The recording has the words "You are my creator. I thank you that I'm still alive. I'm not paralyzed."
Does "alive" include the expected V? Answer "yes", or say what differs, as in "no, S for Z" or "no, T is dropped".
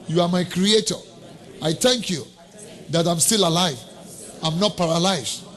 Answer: yes